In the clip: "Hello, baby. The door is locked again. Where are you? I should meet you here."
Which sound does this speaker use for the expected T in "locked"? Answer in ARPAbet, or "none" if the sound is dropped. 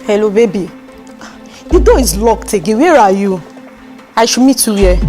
T